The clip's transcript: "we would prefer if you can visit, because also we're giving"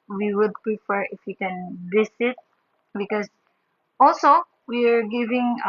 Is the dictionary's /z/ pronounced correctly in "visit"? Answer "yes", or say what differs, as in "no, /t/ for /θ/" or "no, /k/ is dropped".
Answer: no, /s/ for /z/